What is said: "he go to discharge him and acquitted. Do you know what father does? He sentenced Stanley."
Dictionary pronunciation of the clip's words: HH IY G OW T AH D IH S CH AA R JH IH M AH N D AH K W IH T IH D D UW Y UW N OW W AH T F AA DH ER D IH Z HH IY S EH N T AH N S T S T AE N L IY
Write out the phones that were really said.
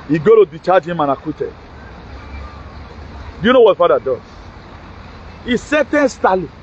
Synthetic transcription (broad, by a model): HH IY G OW T AH D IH CH AA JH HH IH M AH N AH K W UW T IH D D UW Y UW N OW W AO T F AA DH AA D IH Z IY S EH T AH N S S T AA L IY